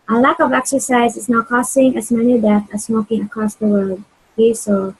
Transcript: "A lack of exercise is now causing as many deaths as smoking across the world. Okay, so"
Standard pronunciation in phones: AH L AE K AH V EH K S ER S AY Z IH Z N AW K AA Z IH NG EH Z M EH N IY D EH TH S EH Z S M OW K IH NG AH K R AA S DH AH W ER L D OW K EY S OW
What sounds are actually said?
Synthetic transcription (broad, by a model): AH L AE K AH V EH K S ER S AY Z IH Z N AW K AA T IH NG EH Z M EH N IY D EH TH EH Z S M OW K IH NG AH K R AA S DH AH W ER L D OW K EY S OW